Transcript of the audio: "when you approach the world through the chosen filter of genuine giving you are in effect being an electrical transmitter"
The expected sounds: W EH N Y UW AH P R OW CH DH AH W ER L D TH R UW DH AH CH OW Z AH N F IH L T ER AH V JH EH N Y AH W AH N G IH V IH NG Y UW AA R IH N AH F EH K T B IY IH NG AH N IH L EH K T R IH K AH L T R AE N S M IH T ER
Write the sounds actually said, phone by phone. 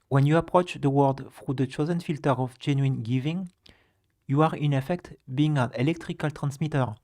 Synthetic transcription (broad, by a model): W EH N Y UW AH P R OW CH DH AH W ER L D F R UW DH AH CH OW Z AH N F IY L T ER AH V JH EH N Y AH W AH N G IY V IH NG Y UW AA R IH N AH F EH K T B IY IH NG AH N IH L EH K T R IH K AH L T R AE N S M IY T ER